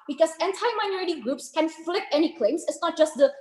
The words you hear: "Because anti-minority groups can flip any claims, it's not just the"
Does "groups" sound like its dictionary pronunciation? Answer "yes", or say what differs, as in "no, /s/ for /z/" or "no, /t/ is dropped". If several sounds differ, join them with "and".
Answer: yes